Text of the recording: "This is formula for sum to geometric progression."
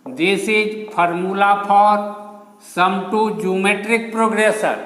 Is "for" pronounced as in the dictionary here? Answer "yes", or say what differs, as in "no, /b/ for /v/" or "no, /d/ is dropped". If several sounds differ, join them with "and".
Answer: no, /p/ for /f/